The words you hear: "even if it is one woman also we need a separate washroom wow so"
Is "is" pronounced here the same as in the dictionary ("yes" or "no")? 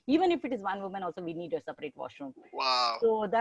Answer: yes